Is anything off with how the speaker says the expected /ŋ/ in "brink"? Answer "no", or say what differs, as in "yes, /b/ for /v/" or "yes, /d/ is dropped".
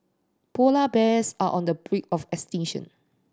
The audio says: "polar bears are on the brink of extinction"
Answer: yes, /ŋ/ is dropped